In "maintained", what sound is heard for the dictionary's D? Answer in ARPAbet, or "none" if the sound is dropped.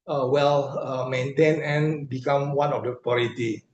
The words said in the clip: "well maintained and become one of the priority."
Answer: none